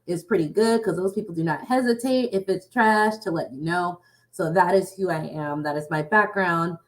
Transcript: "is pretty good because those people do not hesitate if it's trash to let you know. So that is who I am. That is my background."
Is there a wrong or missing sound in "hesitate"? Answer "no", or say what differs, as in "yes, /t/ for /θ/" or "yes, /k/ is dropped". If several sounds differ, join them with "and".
no